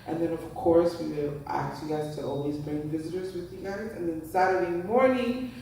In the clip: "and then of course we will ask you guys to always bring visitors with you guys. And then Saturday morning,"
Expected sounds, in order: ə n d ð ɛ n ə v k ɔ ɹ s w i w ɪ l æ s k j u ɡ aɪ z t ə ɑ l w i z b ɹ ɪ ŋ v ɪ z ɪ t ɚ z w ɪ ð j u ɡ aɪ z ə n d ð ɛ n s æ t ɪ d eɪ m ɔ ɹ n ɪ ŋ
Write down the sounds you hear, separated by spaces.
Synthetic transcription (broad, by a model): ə n ð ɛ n ə v k ɔ ɹ s w i w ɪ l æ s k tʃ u ɡ aɪ z t ə ɑ l w i z b ɹ ɪ ŋ v ɪ z ɪ t ɚ z w ɪ ð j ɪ ɡ aɪ z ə n ð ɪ n s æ t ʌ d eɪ m ɔ ɹ n ɪ ŋ